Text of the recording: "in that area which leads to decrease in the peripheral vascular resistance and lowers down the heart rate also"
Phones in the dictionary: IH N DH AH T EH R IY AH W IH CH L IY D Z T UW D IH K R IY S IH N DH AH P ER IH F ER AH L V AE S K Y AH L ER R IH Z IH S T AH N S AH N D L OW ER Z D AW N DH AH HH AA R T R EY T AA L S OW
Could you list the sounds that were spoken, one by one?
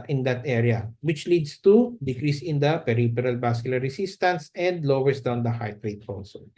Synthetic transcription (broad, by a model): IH N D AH T EH R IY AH W IH CH L IY D S T UW D IH K R IY S IH N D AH P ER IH P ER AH L B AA S K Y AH L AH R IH S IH S T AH N S AH N D L OW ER S D AW N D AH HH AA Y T R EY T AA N S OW